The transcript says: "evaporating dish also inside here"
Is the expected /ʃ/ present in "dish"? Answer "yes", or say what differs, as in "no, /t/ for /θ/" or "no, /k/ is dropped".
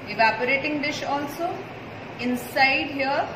yes